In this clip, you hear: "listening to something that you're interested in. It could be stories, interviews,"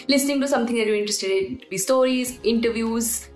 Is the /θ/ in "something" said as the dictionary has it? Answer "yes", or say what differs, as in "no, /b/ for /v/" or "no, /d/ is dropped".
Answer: no, /t/ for /θ/